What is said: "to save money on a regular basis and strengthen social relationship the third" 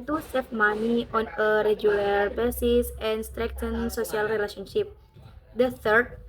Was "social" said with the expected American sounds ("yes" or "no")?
no